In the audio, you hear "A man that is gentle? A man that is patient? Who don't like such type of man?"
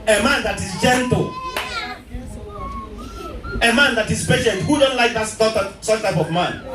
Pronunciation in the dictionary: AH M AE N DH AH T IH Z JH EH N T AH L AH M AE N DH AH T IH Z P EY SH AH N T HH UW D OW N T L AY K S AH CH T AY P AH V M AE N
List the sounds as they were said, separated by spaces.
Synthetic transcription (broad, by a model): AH M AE N DH AH T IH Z JH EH N T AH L AH M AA N DH AH T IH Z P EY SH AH N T HH UW D OW N T L AY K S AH S T AY P AH V M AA N